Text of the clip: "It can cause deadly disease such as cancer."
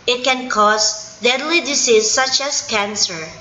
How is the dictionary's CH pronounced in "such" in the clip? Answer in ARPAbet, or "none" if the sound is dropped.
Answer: CH